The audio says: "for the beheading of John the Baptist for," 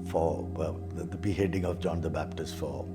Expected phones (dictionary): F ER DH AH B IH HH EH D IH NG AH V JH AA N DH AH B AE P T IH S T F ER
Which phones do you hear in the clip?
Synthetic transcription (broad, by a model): F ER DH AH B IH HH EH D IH NG AH V JH AA N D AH B AE P T IH S T F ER